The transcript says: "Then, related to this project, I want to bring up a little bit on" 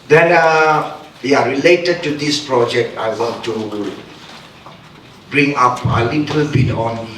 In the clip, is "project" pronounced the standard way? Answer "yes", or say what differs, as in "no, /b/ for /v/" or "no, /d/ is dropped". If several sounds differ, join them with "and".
yes